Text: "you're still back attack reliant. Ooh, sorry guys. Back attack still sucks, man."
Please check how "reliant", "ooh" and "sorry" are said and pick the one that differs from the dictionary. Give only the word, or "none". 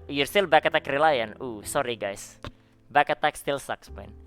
reliant